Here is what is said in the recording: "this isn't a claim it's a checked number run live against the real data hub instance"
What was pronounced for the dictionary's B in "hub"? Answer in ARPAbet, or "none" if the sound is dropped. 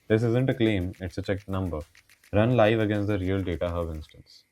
none